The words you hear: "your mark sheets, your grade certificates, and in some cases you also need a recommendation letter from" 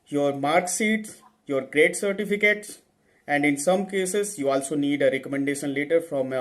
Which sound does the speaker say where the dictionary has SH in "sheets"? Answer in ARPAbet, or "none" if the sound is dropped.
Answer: S